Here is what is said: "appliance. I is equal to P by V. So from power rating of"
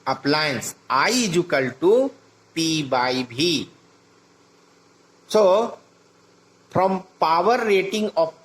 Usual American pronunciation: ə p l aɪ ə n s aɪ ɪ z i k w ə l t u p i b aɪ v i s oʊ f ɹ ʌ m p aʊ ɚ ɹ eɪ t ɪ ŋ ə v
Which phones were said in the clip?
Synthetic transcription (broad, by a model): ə p l aɪ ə n s aɪ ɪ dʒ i k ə l t u p i b aɪ b i s oʊ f ɹ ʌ m p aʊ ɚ ɹ eɪ t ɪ ŋ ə